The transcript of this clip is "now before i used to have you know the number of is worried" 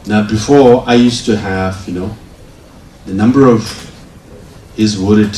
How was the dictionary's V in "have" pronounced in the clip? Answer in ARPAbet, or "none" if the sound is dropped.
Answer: V